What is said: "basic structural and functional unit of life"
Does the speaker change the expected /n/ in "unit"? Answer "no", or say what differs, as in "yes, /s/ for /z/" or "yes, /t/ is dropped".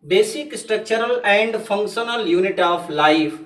no